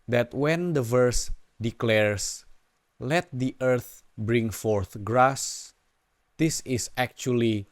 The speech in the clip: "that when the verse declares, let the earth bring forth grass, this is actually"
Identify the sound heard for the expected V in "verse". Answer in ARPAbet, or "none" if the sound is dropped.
V